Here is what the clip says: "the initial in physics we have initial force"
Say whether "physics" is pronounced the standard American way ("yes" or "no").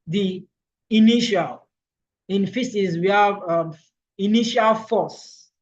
no